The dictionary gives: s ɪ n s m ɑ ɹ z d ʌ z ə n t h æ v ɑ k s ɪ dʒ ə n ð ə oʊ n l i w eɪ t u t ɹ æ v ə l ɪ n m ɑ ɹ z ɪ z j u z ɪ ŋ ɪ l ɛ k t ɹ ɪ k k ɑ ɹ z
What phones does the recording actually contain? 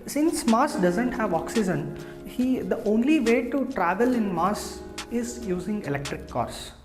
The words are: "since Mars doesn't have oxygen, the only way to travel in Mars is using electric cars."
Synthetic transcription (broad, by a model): s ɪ n s m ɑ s d ʌ z ə n t h æ v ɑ k s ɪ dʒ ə n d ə oʊ n l i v eɪ t u t ɹ æ v ə l ɪ n m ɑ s ɪ z j u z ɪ ŋ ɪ l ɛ k t ɹ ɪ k k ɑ ɹ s